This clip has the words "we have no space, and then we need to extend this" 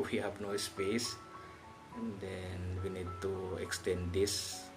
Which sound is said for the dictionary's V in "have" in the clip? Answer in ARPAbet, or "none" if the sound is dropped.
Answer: P